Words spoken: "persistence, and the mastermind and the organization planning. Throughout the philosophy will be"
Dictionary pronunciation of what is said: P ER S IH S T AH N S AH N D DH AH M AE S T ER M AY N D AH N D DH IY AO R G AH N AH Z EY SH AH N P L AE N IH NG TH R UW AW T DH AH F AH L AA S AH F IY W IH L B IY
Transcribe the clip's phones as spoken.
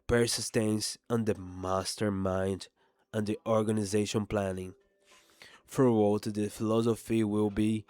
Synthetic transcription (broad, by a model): P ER S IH S T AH N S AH N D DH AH M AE S T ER M AY N D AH N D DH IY AO R G AH N AH Z EY SH AH N P L AE N IH NG F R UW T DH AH F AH L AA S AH F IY W IH L B IY